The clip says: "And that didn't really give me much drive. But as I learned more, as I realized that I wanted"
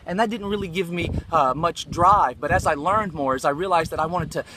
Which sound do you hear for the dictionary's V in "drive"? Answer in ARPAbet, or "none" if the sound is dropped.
V